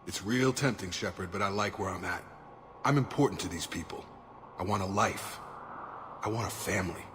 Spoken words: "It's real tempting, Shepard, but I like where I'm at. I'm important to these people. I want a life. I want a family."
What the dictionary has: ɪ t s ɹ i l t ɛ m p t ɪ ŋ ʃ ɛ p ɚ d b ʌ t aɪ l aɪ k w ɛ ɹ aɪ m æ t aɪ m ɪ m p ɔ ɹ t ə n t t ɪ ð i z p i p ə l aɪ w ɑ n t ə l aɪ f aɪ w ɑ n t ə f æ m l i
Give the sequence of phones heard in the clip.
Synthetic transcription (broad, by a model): ɪ t s ɹ i l t ɛ m p t ɪ ŋ ʃ ɛ p ɚ d b ʌ t aɪ l aɪ k w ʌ ɹ aɪ m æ t aɪ m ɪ m p ɔ ɹ t n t t ɪ ð i z p i p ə l aɪ w ɑ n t ə l aɪ f aɪ w ɑ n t ə f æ m l i